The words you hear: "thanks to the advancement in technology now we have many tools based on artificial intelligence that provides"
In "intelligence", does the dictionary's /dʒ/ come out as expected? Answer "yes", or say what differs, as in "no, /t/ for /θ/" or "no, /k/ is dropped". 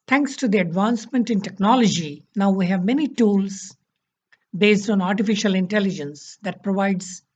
yes